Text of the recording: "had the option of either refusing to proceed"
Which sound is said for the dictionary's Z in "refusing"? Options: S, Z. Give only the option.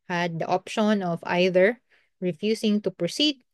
S